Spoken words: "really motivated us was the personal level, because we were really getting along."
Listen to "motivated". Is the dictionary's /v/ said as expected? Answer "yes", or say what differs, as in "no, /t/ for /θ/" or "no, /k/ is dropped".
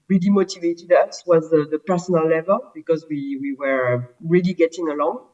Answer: yes